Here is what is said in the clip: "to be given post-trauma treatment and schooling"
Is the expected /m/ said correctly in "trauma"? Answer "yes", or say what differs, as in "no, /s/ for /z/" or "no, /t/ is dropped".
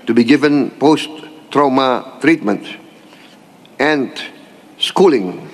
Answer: yes